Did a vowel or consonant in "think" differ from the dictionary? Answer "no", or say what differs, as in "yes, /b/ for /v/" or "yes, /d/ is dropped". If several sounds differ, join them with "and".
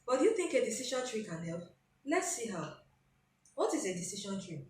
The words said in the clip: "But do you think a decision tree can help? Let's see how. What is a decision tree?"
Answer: no